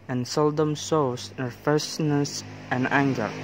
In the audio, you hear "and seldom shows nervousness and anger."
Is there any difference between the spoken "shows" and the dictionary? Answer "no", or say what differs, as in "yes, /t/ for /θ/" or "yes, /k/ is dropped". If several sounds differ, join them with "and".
yes, /s/ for /ʃ/